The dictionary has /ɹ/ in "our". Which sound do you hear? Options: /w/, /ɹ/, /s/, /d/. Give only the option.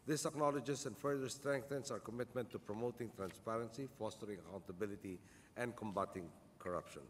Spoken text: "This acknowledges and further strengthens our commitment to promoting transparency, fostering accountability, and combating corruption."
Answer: /ɹ/